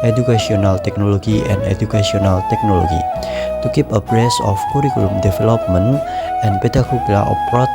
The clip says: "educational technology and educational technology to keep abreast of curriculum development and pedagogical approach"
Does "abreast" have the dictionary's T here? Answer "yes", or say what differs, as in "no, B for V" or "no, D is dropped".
no, T is dropped